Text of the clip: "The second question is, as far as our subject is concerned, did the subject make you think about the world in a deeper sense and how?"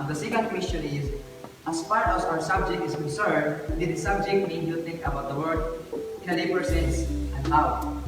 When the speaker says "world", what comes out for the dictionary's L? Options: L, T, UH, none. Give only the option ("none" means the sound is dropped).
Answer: none